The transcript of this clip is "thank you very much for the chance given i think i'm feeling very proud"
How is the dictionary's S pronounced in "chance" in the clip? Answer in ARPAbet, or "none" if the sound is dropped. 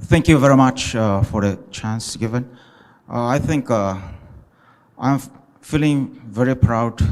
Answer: S